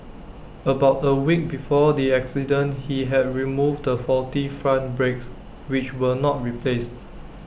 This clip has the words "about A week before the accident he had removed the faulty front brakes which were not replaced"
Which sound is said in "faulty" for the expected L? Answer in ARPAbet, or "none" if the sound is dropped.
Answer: none